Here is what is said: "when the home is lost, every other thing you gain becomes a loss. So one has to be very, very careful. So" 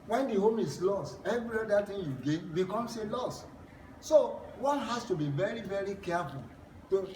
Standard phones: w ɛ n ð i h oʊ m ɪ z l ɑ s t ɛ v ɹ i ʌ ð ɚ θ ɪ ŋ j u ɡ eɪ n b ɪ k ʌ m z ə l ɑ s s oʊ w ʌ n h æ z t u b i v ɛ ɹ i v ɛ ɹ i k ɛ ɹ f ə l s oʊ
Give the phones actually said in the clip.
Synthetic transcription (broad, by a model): w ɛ n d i h oʊ m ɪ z l ɑ s t ɛ v ɹ i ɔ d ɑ t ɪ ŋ j u ɡ eɪ n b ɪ k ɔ m s ə l ɑ s s oʊ w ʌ n h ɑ s t u b i v ɛ ɹ i v ɛ ɹ i k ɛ f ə l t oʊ